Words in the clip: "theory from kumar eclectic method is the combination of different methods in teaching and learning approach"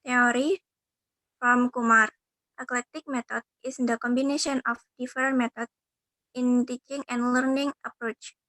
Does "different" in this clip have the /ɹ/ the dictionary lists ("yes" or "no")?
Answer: no